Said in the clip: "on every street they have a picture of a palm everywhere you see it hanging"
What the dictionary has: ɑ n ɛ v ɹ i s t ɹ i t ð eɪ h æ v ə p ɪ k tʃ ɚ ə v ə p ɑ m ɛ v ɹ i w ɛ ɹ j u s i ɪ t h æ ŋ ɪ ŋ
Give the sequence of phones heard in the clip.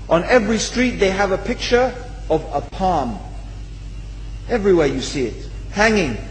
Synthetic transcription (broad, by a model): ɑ n ɛ v ɹ i s t ɹ i t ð eɪ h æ v ə p ɪ k tʃ ɚ ə v ə p ɑ m ɛ v ɹ i w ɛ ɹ j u s i ɪ t h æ ŋ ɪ ŋ